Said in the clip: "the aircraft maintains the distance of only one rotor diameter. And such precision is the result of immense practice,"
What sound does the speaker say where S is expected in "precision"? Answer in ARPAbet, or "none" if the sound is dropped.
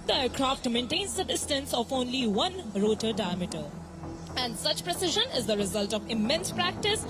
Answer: S